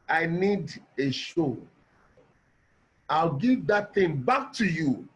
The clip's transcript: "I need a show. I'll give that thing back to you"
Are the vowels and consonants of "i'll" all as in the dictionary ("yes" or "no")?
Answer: yes